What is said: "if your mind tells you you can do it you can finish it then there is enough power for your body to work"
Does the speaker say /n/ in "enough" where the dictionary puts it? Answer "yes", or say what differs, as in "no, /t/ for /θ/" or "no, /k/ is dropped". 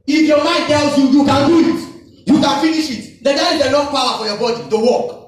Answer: no, /l/ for /n/